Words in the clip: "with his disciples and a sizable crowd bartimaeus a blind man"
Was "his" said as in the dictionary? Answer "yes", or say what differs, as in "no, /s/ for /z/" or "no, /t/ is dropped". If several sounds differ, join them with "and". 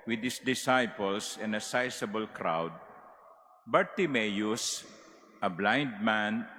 no, /s/ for /z/